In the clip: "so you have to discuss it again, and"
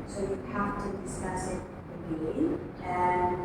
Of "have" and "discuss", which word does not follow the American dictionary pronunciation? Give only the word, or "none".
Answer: have